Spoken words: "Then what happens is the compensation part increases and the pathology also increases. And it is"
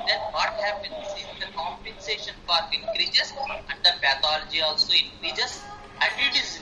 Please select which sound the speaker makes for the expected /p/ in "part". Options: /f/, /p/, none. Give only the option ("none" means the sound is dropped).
/f/